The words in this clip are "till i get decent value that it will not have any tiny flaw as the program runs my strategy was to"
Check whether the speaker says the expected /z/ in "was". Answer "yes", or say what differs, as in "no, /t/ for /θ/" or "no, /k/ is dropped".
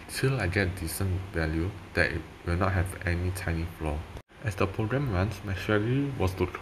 no, /s/ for /z/